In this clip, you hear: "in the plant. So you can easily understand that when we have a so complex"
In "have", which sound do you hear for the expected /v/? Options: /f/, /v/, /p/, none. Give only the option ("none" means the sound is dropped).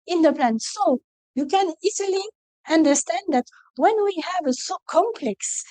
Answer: /v/